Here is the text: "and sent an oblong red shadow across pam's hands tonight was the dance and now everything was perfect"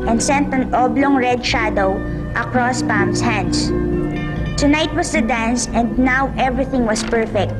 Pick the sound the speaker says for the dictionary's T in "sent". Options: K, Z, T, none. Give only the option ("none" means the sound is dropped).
T